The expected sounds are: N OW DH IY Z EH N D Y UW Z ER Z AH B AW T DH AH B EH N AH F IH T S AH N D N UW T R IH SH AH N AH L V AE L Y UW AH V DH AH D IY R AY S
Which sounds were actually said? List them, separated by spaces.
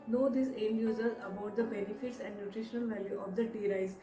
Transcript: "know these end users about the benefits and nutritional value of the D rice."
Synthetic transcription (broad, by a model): N OW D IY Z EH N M Y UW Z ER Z AH B AW T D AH B EH N AH F IH T S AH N D N UW T R IH SH AH N AH L V AE L Y UW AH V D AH D IY R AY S